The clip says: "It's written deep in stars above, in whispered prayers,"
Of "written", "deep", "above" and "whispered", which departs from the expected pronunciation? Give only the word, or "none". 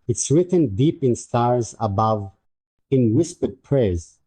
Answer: none